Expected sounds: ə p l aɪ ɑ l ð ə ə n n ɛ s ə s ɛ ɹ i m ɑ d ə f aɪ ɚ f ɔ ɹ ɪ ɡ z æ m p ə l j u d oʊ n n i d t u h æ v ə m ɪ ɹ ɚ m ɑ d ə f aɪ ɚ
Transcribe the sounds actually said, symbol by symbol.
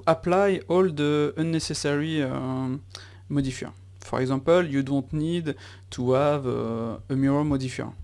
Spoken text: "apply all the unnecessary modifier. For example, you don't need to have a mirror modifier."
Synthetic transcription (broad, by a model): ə p l aɪ ɑ l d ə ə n n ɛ s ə s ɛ ɹ i m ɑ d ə f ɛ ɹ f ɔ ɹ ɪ ɡ z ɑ p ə l j u d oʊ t n i d t u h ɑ v ə m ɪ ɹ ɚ m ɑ d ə f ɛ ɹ